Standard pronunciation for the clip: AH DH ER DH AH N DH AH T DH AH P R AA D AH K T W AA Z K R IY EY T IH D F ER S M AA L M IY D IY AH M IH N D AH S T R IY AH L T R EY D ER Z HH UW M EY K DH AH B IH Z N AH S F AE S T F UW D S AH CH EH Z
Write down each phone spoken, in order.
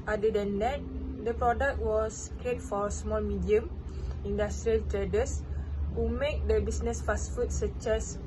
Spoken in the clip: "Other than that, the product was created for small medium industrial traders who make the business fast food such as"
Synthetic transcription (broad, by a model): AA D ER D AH N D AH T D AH P R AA D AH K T W AA S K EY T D F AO S M AA L M IY D IY AH M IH N D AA S T R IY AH L T R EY D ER S HH UW M EY K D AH B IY S N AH S F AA S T F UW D S AH CH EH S